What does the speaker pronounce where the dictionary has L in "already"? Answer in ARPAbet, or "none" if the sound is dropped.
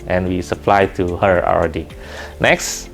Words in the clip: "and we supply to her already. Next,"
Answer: W